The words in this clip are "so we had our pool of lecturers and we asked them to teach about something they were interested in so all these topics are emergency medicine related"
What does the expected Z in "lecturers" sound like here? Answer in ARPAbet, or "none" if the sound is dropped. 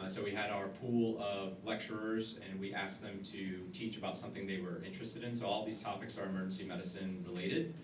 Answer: Z